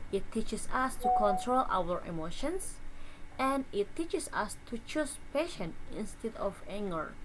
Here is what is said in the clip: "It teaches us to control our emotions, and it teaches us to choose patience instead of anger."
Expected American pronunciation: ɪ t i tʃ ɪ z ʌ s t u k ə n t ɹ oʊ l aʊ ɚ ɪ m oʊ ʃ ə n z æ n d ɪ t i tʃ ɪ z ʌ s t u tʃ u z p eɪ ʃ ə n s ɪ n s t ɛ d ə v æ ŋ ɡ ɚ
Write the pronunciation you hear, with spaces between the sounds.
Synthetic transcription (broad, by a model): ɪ t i tʃ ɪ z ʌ s t u k ə n t ɹ oʊ l aʊ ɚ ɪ m oʊ ʃ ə n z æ n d ɪ t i tʃ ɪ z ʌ s t u tʃ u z p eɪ ʃ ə n ɪ n s t ɛ d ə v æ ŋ ɡ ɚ